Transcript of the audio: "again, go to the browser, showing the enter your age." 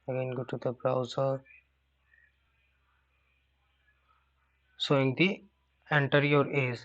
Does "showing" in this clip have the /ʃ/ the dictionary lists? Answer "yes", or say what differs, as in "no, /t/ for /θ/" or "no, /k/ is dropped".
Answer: no, /s/ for /ʃ/